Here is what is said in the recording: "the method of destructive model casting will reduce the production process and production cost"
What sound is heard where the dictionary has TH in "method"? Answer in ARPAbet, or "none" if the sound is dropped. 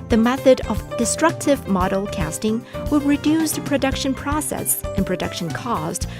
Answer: TH